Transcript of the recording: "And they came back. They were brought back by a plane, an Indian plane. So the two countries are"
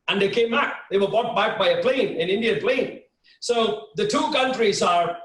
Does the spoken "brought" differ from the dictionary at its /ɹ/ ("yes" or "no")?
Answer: yes